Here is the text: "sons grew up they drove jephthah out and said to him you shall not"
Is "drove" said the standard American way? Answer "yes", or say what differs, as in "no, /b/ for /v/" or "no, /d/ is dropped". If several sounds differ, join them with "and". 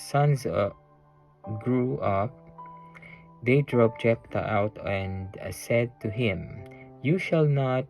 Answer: no, /p/ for /v/